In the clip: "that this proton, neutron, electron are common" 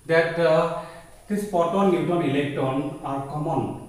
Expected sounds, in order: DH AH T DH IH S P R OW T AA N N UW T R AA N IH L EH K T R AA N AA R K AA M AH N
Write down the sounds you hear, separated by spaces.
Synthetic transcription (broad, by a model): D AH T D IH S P OW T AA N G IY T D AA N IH L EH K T AA N AA R K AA M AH N